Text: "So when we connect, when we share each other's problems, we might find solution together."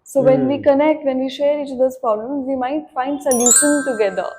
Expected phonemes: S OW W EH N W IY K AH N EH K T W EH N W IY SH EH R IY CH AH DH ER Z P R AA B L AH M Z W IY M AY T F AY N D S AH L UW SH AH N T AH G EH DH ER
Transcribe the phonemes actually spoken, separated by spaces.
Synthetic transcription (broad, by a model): S OW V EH N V IY K AH N EH K T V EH N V IY SH EH R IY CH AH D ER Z P R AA B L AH M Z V IY M AY T F AY N D S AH L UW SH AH N T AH G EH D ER